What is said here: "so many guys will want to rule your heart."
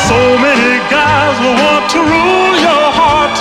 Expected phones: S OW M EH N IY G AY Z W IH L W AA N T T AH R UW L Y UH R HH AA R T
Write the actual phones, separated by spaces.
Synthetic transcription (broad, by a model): S OW M EH N IY G AY Z W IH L W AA N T T AH R UW L Y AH R HH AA R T